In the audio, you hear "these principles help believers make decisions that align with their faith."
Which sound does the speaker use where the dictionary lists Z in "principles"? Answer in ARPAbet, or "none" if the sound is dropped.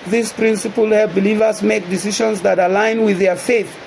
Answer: none